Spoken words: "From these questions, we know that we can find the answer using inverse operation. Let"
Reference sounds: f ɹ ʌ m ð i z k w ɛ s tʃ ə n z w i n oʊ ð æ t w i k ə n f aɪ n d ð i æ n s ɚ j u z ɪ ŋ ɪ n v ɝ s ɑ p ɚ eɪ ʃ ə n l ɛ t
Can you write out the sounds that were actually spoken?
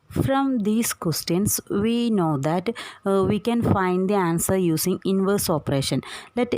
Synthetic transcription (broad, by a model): f ɹ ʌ m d i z k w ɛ s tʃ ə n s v i n oʊ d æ t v i k ə n f aɪ n d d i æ n s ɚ j u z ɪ ŋ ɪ n v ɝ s ɑ p ɚ eɪ ʃ ə n l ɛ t